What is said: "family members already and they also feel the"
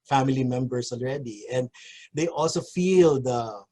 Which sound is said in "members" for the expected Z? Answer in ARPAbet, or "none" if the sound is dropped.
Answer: S